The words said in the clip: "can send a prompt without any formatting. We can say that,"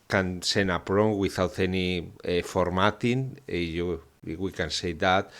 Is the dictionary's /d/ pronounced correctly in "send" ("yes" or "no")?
no